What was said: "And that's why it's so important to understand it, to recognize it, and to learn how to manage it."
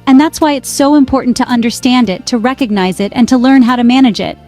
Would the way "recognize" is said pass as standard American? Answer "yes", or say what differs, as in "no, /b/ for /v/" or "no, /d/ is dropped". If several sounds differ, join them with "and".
yes